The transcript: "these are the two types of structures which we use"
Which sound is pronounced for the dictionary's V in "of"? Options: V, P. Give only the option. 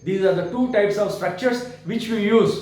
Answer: V